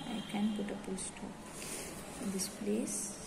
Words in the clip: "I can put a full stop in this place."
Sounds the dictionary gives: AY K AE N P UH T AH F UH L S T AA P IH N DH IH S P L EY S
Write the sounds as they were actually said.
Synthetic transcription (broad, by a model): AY K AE N P UH T AH P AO S T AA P IH N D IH S P L EY S